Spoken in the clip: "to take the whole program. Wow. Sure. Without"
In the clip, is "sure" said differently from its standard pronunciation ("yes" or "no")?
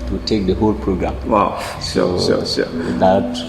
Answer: yes